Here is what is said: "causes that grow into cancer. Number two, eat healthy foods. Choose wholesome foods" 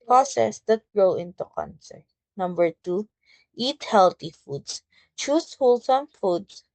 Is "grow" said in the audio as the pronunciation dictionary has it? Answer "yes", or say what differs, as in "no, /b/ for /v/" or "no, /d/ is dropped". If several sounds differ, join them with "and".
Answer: yes